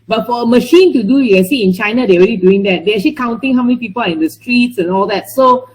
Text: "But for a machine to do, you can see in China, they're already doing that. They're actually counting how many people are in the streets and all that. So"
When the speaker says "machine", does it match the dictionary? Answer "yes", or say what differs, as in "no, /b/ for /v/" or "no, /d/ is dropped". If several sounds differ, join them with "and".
yes